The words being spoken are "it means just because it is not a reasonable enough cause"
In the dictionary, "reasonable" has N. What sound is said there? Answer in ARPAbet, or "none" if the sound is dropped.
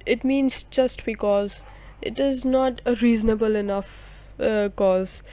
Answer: N